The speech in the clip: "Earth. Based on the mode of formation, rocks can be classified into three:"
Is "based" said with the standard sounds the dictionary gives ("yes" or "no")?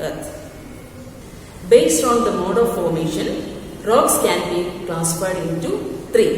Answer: yes